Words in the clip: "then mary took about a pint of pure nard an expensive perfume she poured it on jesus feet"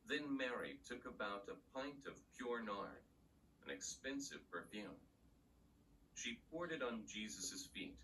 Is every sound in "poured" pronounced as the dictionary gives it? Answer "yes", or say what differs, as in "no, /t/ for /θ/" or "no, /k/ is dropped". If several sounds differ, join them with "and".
yes